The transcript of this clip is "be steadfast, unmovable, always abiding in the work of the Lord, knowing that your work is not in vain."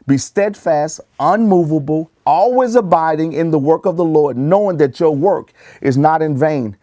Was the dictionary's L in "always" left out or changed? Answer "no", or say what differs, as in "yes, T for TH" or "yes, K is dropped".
no